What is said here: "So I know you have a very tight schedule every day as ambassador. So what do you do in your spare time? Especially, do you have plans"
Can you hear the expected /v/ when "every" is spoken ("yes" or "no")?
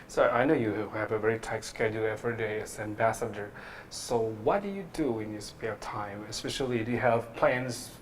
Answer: no